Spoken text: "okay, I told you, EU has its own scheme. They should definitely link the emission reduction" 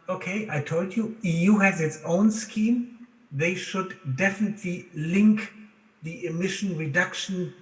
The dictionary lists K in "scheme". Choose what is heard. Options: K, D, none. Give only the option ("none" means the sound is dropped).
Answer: K